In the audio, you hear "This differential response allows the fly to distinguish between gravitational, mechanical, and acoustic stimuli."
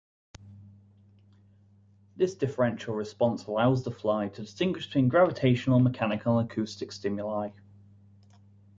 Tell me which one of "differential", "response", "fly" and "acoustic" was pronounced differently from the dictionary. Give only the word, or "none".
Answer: none